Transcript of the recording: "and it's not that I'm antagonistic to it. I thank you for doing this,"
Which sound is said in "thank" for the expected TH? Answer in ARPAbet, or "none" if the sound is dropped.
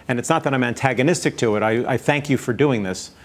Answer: TH